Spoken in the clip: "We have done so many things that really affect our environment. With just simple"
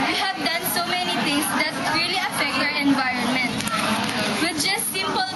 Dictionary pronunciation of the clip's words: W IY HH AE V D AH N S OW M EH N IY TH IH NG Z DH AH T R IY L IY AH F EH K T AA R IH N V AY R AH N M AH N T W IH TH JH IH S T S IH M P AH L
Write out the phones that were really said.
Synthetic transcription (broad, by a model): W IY HH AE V D AH N S OW M EH N IY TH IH NG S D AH T R IY L IY AH F EH K T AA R IH N V AY R AH N M AH N T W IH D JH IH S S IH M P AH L